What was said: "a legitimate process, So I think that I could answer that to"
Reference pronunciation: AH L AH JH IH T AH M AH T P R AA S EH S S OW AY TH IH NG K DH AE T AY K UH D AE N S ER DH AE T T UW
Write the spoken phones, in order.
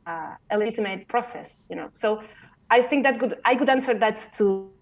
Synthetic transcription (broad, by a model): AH L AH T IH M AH AH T P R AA S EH S S OW AY TH IH NG K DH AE T AY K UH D AE N S ER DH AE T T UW